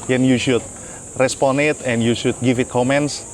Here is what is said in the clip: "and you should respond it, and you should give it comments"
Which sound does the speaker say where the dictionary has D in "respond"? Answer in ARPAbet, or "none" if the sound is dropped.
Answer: none